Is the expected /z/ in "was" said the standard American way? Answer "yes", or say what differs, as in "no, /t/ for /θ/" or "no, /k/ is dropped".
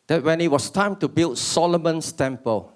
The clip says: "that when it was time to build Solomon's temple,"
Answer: no, /s/ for /z/